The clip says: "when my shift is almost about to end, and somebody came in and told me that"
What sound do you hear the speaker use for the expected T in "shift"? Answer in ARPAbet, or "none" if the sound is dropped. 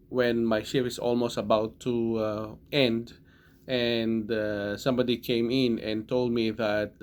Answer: none